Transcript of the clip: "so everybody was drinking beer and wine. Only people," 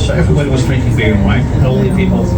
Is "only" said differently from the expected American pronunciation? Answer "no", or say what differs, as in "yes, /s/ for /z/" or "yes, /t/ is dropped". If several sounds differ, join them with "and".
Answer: yes, /n/ is dropped